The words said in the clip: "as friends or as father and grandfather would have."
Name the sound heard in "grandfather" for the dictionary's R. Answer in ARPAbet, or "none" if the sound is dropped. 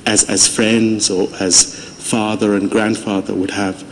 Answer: R